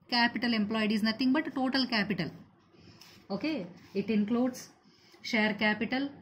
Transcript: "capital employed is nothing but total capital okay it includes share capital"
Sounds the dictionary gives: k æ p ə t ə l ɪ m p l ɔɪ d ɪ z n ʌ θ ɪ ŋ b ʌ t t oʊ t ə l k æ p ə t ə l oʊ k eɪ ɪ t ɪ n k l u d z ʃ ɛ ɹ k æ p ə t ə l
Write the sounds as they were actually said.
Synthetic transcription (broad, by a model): k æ p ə t ə l ɪ m p l ɔɪ d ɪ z n ʌ t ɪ ŋ b ʌ t t oʊ t ə l k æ p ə t ə l oʊ k eɪ ɪ t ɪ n k l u d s ʃ ɛ ɹ k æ p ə t ə l